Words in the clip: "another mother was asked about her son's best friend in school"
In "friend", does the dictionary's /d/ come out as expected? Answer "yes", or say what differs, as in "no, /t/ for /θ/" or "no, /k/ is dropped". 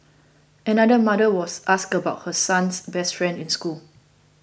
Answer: yes